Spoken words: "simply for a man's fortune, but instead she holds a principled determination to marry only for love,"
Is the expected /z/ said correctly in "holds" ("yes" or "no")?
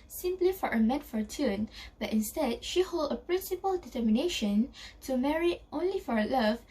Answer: no